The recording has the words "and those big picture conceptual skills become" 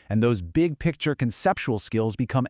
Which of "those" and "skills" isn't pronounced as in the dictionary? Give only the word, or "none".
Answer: none